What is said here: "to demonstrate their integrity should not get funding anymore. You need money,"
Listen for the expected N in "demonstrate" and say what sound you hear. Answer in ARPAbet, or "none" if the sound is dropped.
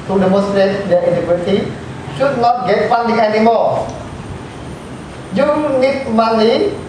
none